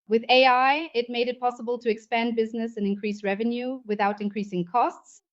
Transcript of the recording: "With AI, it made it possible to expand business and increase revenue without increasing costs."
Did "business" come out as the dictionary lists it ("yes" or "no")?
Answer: yes